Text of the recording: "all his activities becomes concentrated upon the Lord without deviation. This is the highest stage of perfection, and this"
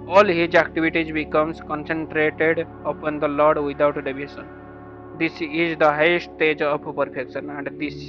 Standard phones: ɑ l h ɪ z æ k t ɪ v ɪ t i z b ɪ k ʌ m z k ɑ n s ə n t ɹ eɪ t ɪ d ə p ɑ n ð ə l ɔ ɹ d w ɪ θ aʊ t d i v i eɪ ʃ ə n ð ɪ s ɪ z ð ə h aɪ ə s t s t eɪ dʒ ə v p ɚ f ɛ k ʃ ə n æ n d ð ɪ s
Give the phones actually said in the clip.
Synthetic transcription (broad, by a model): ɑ l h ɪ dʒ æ k t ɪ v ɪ t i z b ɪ k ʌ m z k ɑ n s ə n t ɹ eɪ t ɪ d ə p ɑ n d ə l ɔ ɹ d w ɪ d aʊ t d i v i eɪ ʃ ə n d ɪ s ɪ z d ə h aɪ ə s t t eɪ dʒ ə p p ɚ f ɛ k ʃ ə n æ n d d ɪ s